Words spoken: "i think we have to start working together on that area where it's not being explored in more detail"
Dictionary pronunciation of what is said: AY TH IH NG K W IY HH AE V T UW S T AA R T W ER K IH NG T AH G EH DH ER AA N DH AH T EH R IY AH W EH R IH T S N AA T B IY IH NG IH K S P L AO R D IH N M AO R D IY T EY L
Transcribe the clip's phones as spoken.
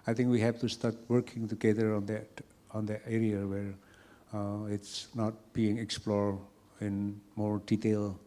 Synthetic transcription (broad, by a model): AY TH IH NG K W IY HH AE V T UW S T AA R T W ER K IH NG T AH G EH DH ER AA N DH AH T EH R IY AH W EH R IH T S N AA T B IY IH NG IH K S P L AO R IH N M AO R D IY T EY L